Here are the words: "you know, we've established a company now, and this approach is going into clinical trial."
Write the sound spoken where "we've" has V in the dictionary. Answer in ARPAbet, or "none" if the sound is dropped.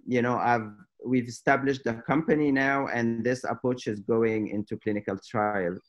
V